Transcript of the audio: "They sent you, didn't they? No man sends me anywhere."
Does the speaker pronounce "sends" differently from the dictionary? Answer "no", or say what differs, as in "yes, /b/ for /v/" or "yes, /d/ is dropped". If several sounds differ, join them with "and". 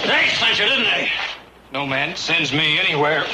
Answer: no